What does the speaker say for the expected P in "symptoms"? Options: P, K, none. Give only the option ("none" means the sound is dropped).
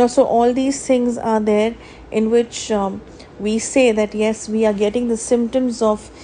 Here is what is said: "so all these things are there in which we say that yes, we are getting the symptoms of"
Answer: P